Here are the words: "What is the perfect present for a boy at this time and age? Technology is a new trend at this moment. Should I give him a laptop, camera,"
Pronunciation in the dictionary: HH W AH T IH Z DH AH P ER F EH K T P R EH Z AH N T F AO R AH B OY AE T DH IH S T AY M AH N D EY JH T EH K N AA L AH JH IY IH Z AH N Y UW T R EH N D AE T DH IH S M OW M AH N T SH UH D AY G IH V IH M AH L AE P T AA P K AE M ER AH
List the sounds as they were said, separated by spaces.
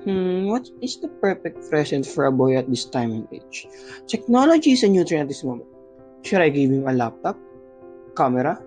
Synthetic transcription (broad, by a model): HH W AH T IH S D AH P ER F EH K T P R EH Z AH N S F AO R AH B OY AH T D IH S T AY M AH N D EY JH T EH K N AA L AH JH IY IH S AH N Y UW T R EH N AH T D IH S M OW M AH N T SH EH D AY G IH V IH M AH L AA P T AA P K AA M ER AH